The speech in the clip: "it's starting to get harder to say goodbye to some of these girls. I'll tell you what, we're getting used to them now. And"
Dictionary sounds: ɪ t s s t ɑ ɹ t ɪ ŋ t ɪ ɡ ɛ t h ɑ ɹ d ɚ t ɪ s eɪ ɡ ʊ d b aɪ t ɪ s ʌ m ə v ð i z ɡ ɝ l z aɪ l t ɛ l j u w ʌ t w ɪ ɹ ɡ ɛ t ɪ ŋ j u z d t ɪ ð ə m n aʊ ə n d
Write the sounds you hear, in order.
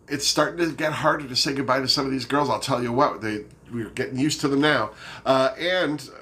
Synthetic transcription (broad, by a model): ɪ t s s t ɑ ɹ t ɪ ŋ t ɪ ɡ ɛ t h ɑ ɹ d ɚ t ɪ s eɪ ɡ ʊ d b aɪ t ɪ s ʌ m ə v ð i z ɡ ɝ l z aɪ l t ɛ l j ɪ w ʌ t w ɪ ɹ ɡ ɛ t ɪ ŋ j u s t ɪ ð ə m n aʊ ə n